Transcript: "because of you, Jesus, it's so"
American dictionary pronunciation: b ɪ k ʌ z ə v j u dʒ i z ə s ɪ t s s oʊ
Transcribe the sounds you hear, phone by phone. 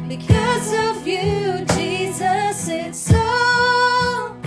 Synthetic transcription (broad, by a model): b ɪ k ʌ z ə v j u dʒ i z ə s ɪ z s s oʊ